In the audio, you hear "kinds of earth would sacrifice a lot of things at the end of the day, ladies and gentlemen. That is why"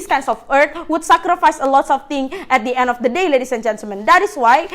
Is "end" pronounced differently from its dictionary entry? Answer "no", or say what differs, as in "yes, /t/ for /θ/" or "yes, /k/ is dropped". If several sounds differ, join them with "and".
no